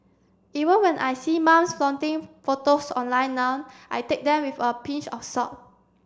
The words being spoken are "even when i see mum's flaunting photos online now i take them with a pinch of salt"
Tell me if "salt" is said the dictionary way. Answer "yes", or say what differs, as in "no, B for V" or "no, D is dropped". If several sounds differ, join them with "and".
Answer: no, L is dropped